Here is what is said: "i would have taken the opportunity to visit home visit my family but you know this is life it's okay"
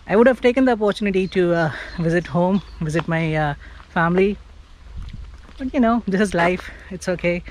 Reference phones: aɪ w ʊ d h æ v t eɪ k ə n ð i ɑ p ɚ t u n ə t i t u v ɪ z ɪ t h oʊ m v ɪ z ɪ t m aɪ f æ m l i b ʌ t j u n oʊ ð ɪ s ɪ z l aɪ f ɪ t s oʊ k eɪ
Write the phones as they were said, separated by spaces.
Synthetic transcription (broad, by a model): aɪ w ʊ d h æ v t eɪ k ə n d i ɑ p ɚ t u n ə t i t u v ɪ z ɪ t h oʊ m v ɪ z ɪ t m aɪ f æ m l i b ʌ t j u n oʊ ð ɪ s ɪ z l aɪ f ɪ t s oʊ k eɪ